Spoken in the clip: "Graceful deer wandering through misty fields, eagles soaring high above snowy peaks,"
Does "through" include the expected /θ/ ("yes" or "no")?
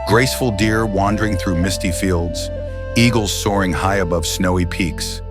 yes